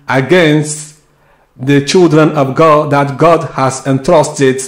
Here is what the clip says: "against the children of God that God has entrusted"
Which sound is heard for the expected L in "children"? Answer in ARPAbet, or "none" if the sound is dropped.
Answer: L